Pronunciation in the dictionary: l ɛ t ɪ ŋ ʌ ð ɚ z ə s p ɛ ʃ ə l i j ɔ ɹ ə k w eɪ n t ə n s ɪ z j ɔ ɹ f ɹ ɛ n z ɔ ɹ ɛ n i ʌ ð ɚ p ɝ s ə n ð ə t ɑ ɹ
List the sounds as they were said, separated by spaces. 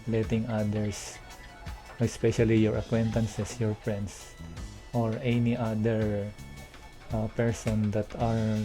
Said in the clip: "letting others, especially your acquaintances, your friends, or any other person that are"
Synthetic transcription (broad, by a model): l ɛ t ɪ ŋ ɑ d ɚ s ə s p ɛ ʃ ə l i j ɔ ɹ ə k w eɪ n t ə n s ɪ s j ɔ ɹ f ɹ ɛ n s ɔ ɹ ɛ n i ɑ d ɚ p ɝ s ə n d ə t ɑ ɹ